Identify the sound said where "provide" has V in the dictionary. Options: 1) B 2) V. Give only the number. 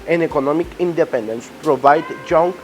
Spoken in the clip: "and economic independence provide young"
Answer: 2